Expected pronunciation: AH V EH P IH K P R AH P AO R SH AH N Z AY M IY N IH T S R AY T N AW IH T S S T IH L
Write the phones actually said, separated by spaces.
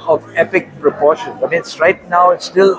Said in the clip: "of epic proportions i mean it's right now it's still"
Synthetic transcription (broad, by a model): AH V EH P IH K P R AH P AO SH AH N AY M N IH T S R AY T N AW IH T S S T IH L